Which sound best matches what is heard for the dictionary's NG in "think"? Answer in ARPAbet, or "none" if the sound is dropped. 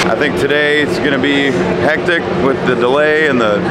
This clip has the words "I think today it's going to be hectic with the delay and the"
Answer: NG